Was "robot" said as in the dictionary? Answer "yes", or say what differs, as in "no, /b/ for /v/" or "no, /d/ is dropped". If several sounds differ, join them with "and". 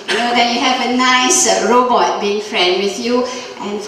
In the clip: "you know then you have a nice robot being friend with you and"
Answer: yes